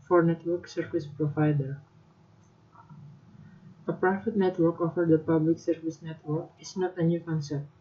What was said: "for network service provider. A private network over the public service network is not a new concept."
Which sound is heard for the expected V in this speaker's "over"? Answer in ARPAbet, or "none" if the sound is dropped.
F